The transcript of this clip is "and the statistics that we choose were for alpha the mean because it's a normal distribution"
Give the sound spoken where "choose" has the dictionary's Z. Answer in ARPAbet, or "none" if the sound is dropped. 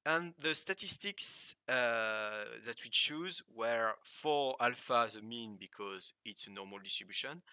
Z